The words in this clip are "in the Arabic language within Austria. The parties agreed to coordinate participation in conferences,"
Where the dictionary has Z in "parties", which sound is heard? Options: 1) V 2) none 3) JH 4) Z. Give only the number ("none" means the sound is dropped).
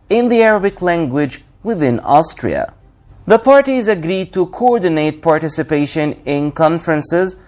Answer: 4